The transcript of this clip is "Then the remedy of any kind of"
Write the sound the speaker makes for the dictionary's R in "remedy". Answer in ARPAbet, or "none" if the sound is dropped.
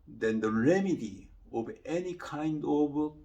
R